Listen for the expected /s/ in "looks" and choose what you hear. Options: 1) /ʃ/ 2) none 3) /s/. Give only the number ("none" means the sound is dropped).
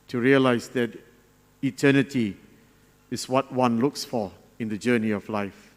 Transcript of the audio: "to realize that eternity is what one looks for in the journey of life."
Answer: 3